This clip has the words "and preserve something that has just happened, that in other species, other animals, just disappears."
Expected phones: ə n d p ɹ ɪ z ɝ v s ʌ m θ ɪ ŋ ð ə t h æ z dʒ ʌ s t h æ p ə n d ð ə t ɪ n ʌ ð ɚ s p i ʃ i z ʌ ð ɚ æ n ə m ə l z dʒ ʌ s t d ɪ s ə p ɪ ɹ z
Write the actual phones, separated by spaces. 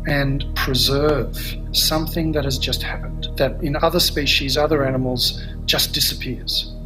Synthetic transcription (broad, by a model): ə n p ɹ ɪ z ɝ v s ʌ m θ ɪ ŋ ð ə t h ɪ z dʒ ʌ s t h æ p ə n d ð ə t ɪ n ʌ ð ɚ s p i ʃ i z ʌ ð ɚ æ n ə m l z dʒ ʌ s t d ɪ s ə p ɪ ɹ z